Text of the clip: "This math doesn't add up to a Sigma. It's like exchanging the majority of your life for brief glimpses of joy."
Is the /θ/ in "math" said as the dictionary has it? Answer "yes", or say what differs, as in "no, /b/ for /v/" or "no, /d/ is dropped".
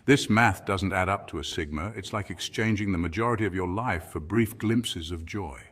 yes